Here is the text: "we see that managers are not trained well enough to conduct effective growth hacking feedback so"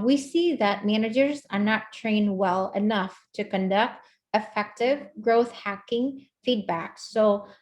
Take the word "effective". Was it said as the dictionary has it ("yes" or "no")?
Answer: yes